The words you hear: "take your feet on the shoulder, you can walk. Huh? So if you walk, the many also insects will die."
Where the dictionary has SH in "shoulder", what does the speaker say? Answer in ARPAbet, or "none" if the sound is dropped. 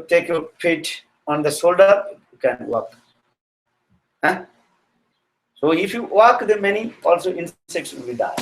S